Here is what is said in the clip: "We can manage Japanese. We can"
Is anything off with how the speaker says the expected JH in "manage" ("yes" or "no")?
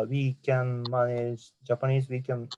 yes